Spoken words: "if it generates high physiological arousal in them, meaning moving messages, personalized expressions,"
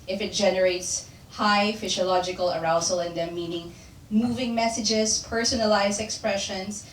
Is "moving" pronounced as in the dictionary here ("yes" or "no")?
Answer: yes